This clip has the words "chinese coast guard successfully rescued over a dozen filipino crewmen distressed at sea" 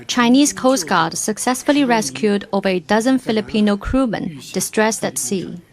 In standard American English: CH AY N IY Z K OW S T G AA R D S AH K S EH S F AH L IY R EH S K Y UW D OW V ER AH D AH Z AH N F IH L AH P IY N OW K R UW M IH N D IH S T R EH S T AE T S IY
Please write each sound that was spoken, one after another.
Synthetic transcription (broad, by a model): CH AY N IY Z K OW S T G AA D S AH K S EH S F AH L IY R EH S K Y UW D OW V ER AH D AH Z AH N F IH L AH P IY N OW K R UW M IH N D IH S T R EH S T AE T S IY